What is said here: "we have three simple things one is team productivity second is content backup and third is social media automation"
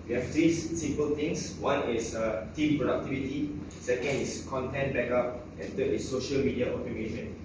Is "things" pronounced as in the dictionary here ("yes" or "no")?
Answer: no